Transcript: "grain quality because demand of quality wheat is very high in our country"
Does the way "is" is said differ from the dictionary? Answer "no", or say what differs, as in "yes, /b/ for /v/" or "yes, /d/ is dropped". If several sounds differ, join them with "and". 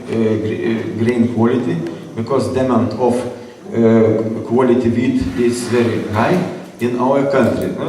yes, /s/ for /z/